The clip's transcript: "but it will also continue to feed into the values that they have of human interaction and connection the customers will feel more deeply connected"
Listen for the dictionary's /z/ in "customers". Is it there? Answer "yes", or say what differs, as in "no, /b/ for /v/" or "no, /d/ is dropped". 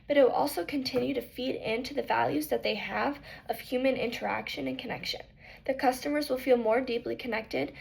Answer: yes